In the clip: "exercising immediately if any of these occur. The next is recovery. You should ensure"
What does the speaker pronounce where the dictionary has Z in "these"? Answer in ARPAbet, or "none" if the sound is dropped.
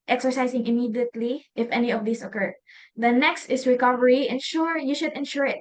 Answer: S